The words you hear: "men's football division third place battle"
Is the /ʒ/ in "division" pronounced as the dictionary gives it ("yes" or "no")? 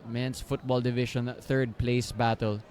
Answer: no